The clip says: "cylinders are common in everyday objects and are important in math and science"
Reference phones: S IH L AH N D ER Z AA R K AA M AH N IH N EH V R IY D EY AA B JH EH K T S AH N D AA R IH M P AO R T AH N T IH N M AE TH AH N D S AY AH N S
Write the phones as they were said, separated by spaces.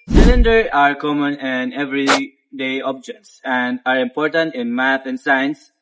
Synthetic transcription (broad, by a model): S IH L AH N D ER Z AA R K AA M AH N IH N EH V R IY D EY AA B JH EH K T S AH N D AA R IH M P AO R T AH N T IH N M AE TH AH N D S AY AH N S